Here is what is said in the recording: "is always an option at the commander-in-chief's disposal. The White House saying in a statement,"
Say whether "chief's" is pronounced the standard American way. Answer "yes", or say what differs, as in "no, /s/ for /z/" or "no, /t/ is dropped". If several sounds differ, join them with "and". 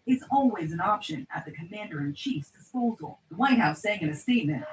yes